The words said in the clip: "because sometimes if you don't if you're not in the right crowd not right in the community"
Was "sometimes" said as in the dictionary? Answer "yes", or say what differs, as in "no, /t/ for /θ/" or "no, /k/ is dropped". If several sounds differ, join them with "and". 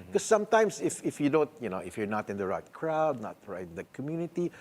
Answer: no, /s/ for /z/